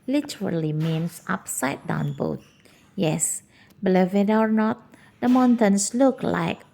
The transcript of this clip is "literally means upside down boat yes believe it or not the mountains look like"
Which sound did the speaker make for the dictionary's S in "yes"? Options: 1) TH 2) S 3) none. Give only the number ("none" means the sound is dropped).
2